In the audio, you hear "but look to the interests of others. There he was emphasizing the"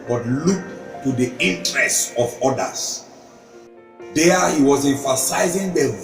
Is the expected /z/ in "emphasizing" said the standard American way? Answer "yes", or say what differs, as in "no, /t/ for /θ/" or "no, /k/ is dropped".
yes